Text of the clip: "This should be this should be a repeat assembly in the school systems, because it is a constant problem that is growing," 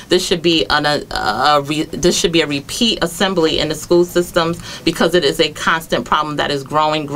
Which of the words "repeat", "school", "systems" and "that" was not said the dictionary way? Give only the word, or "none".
none